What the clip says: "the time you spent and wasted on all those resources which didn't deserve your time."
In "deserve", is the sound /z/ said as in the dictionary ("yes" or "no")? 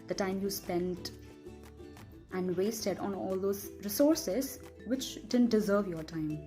yes